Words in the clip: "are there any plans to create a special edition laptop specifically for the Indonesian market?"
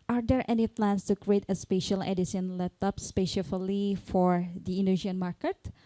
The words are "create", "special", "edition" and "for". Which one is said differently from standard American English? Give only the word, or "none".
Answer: edition